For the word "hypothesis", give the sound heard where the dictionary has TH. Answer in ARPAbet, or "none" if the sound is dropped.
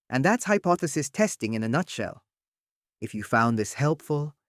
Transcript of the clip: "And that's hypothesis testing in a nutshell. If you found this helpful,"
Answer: TH